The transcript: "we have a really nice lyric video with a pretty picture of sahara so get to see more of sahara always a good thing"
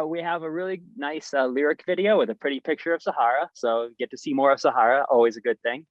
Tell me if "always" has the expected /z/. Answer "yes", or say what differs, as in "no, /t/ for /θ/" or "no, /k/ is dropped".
yes